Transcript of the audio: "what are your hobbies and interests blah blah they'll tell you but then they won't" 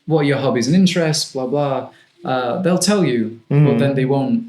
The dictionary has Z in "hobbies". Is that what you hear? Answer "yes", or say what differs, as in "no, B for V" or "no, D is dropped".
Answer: yes